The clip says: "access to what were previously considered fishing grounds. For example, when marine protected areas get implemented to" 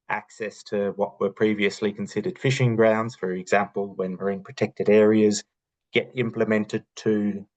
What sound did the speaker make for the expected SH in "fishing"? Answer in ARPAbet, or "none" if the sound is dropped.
SH